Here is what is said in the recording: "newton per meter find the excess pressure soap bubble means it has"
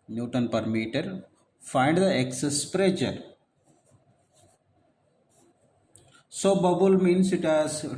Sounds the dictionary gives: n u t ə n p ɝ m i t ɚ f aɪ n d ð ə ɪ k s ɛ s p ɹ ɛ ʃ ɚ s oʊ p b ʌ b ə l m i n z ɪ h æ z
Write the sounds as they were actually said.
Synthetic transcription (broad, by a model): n u t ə n p ɝ m i t ɚ f aɪ n d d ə ɪ k s ɛ s p ɹ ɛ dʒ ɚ s oʊ b ʌ b ə l m i n s ɪ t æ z